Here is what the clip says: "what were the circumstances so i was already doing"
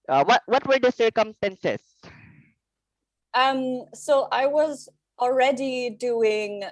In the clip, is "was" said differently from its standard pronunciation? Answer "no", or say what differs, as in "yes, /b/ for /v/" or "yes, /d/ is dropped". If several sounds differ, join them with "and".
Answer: no